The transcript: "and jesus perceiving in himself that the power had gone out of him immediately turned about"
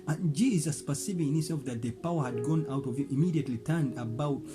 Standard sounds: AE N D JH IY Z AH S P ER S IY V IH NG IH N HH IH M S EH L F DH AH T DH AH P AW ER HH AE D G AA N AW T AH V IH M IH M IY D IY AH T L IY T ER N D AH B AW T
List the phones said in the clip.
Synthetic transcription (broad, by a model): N JH IY Z AH S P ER S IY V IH IH N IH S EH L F DH AH T DH AH P AW ER HH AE D G AA N AW T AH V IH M IH M IY D IY AH T L IY T ER N D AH B AW T